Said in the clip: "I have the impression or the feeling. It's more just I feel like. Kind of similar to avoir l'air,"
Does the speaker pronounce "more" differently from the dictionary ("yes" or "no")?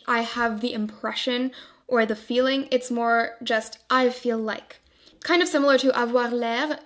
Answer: no